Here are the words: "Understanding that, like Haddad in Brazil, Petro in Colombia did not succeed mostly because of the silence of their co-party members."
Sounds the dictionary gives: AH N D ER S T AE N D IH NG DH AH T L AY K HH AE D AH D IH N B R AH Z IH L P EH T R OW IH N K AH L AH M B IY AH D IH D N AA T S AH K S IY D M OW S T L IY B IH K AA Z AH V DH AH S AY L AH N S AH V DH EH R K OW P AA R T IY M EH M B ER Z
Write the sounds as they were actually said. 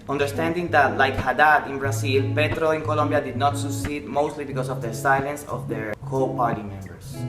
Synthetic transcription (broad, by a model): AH N D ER S T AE N D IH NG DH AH T L AY K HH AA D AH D IH N B R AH S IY L P EH T R OW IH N K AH L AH M B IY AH D IH D N AA T S AH K S IY D M OW S T L IY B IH K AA S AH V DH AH S AY L AH N S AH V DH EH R K OW P AA R T IY M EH M B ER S